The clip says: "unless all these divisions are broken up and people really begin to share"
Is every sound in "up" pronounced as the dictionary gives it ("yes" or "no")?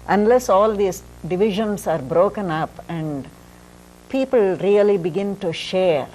yes